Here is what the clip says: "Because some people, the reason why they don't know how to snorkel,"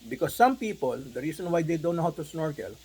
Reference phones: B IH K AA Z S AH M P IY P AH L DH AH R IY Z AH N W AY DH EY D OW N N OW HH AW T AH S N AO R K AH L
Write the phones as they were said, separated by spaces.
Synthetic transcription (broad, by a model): B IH K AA S AH M P IY P AH L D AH R IY S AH N W AY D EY D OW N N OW HH AW T AH S N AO R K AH L